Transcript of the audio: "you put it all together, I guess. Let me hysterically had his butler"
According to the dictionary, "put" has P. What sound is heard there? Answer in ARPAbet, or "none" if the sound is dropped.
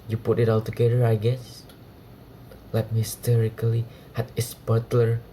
P